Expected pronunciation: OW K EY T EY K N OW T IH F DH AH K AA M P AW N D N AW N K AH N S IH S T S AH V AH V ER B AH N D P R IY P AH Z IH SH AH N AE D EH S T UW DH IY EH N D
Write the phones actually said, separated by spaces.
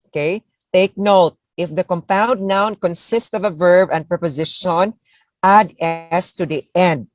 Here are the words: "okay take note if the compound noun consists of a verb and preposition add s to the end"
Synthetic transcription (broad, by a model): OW K EY T EY K N OW T IH F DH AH K AA M P AW N D N AW N K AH N S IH S T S AH V AH V ER B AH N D P R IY P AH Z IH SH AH N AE D EH S T UW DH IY EH N D